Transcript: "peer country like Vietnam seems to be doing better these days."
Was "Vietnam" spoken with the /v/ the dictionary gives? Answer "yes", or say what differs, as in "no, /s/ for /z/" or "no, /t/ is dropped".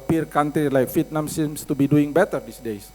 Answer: no, /f/ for /v/